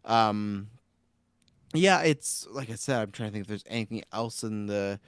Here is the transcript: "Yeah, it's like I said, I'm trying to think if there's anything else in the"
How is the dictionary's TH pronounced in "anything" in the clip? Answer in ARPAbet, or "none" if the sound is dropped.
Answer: TH